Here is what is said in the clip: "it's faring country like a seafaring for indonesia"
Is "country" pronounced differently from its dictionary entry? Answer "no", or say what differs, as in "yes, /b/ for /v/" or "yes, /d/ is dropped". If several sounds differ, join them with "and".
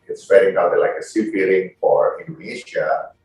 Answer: yes, /ɹ/ is dropped